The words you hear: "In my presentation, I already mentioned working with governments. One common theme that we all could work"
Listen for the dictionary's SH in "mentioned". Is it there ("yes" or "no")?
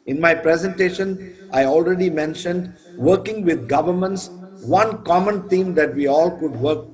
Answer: yes